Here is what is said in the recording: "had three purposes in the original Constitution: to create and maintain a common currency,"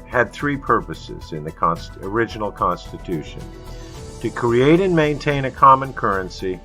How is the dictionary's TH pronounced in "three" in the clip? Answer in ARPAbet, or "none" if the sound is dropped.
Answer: TH